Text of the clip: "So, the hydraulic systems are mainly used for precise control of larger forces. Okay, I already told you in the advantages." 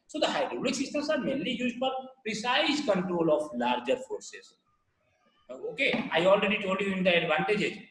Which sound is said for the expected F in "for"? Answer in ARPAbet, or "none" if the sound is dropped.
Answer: P